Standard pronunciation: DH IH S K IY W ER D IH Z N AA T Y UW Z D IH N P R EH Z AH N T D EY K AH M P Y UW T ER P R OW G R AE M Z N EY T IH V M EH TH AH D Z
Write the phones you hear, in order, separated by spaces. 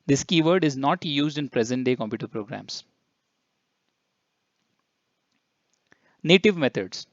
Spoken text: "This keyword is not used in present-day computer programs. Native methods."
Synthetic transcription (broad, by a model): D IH S K IY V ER D IH Z N AA T Y UW Z D IH N P R EH Z AH N T D EY K AH M P Y UW T ER P R OW G R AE M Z N EY T IH V M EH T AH D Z